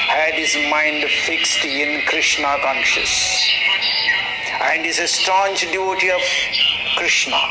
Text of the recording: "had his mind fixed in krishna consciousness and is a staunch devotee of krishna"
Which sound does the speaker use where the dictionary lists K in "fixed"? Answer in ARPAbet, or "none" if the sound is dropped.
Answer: K